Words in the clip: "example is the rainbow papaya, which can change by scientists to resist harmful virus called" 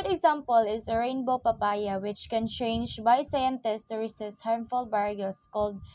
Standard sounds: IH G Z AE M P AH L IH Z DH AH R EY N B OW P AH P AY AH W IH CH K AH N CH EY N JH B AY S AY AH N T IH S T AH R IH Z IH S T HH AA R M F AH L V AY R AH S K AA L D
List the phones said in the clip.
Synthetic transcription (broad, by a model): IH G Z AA M P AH L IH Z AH R EY N B OW P AH P AY AH W IH CH K AH N CH EY N JH B AY S AY AH N T IH S T AH R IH S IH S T HH AA R M F AH L B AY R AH S K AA L D